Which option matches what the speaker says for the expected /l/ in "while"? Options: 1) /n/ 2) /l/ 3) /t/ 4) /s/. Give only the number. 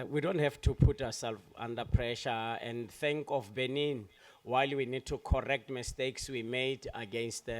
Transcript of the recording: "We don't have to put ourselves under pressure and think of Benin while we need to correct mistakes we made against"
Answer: 2